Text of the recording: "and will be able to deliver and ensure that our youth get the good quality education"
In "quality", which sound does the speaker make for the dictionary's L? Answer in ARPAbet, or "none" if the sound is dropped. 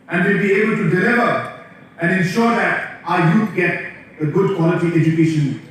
L